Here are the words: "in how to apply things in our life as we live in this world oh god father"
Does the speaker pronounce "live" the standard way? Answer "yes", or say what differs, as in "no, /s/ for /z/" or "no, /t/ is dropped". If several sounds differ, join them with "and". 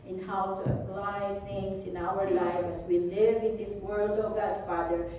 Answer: yes